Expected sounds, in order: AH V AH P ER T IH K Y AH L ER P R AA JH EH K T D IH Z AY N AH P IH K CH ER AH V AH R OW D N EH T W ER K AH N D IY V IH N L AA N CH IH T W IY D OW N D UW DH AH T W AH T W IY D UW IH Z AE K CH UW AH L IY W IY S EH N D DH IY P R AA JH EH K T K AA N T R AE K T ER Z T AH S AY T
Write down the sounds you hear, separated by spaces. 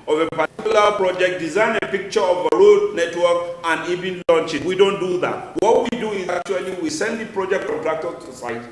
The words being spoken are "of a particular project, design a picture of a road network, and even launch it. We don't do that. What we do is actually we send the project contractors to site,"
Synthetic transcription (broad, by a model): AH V AH P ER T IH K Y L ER P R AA JH EH K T D IH Z AY N AH P IH K CH ER AH V AH R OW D N EH T W ER K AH N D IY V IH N L AA N CH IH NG W IY D OW N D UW DH AH T W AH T W IY D UW IH Z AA K CH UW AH L IY W IY S EH N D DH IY P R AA JH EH K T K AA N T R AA K T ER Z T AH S AY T